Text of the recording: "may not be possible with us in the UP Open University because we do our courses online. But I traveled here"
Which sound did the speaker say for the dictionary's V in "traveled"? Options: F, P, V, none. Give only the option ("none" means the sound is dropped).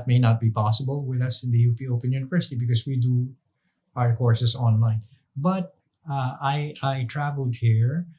V